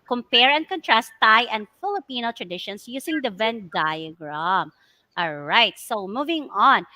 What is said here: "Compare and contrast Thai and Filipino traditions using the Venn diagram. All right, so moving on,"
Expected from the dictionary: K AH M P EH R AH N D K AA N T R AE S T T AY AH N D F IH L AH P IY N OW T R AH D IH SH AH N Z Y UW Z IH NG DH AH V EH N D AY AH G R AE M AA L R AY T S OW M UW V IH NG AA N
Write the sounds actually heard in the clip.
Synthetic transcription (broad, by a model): K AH M P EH R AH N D K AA N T R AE S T T AY AH N D F IH L AH P IY N OW T R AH D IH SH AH N S Y UW S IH NG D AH V EH N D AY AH G R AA M AA L R AY T S OW M UW V IH NG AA N